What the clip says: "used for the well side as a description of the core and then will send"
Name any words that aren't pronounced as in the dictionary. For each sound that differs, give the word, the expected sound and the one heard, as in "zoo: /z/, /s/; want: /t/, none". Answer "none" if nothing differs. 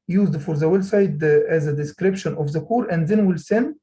none